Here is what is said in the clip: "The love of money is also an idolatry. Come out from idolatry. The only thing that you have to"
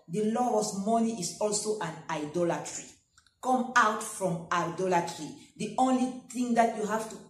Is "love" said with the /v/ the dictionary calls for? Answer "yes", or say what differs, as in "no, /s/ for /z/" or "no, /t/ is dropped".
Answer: no, /v/ is dropped